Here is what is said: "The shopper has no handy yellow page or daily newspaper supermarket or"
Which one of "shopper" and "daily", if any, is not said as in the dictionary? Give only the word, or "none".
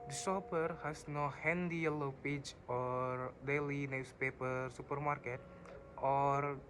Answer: shopper